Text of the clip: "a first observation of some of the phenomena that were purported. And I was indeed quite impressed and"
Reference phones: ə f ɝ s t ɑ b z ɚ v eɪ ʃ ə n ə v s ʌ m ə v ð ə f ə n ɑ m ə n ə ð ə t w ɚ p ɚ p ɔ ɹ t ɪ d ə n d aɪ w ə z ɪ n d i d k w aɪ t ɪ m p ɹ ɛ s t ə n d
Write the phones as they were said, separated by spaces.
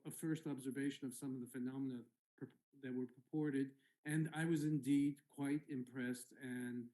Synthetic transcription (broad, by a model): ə f ɝ s t ɑ b z ɚ v eɪ ʃ ə n ə v s ʌ m ə v ð ə f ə n ɑ m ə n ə ð ə t w ɚ p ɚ p ɔ ɹ t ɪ d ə n aɪ w ə z ɪ n d i d k w aɪ t ɪ m p ɹ ɛ s t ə n